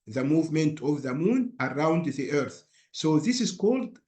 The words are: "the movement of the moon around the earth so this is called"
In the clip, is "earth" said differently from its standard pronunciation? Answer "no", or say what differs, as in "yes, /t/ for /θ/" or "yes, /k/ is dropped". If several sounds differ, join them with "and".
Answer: no